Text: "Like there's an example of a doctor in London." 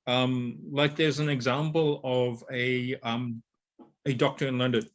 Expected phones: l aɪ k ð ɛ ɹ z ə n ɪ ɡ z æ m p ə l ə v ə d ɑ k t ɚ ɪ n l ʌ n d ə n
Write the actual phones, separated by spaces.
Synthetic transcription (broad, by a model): l aɪ k ð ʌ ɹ z ə n ɪ ɡ z æ m p ə l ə v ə d ɑ k t ɚ ɪ n l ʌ n d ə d